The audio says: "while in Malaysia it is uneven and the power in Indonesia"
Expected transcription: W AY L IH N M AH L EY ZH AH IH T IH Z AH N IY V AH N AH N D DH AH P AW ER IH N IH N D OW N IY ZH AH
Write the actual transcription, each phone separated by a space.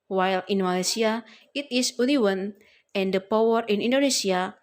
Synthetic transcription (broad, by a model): W AY L IH N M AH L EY S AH IH T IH S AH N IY W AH N AH N D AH P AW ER IH N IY N D OW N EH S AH